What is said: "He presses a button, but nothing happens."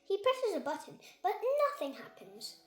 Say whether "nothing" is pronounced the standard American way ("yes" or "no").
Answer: yes